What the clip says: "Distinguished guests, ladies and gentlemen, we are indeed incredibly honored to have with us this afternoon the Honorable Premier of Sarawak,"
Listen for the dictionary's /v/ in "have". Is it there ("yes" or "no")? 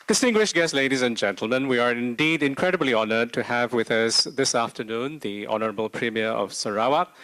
yes